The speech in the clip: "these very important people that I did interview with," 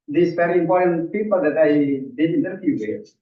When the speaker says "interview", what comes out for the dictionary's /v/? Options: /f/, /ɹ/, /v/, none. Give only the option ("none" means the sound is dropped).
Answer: /f/